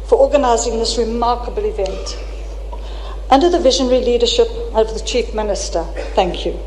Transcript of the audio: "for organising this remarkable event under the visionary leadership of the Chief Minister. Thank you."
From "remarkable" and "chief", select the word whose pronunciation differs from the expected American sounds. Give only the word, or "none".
none